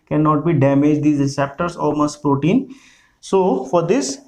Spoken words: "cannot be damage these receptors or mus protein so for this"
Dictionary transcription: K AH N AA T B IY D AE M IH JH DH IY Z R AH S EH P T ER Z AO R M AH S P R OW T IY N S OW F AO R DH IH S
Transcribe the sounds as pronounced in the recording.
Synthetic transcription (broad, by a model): K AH N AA T B IY D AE M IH JH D IY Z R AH S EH P T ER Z AO L M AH S P R OW T IY N S OW F AO R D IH S